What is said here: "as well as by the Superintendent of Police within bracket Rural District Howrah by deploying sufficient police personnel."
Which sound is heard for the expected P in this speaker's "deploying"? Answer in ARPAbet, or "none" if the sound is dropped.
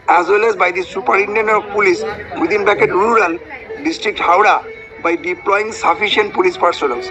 P